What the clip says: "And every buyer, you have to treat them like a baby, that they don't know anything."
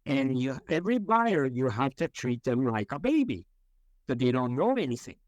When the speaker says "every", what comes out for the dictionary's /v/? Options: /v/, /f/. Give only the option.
/v/